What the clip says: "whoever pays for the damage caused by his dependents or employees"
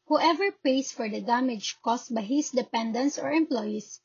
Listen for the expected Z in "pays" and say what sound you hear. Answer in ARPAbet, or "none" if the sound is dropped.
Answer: S